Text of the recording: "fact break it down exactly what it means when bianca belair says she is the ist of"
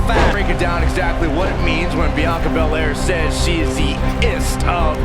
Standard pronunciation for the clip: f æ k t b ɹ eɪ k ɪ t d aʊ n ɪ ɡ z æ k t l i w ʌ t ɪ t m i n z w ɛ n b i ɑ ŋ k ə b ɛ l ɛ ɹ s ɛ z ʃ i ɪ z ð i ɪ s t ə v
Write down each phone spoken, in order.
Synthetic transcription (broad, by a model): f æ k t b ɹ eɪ k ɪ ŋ d aʊ n ɪ ɡ z æ k t l i w ʌ t ɪ t m i n z w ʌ n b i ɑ k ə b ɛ l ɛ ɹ s ɛ z ʃ i ɪ z ð i ɪ s t ə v